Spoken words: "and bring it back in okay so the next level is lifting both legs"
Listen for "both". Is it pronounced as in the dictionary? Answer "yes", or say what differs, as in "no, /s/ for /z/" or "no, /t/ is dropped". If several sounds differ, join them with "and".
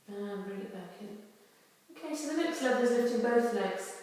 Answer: yes